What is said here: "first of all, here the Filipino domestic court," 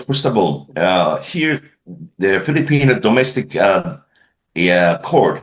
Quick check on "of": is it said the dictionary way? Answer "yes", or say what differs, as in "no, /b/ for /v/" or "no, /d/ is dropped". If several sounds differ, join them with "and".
no, /b/ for /v/